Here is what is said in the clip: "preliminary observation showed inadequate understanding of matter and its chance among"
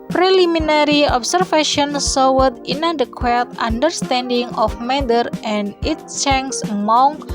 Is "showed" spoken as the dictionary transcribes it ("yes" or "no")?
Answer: no